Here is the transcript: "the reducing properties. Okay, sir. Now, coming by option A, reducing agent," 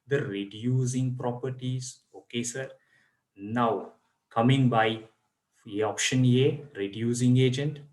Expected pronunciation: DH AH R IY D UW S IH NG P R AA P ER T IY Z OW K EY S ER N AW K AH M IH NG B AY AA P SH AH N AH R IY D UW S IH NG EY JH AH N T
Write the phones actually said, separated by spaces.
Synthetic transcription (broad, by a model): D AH R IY D UW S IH NG P R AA P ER T IY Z OW K EY S ER N AW K AH M IH NG B AY AA P SH AH N AH R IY D UW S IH NG EY JH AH N T